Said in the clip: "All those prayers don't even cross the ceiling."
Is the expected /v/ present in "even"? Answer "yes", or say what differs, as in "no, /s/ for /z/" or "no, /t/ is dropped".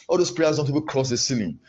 no, /p/ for /v/